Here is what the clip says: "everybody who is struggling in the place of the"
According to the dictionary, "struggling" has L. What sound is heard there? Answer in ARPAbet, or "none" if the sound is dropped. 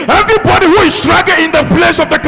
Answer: none